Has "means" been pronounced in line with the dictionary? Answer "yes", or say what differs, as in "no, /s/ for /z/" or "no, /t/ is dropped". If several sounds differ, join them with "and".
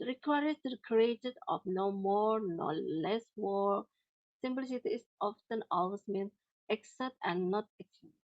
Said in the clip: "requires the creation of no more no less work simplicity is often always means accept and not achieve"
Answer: no, /z/ is dropped